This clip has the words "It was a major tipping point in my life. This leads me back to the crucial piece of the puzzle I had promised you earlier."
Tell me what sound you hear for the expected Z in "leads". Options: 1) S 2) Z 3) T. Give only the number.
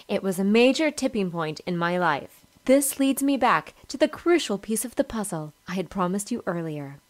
2